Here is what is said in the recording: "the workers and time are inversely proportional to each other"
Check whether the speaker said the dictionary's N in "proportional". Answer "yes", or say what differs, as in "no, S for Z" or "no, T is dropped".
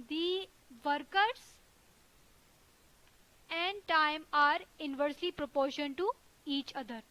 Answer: no, N is dropped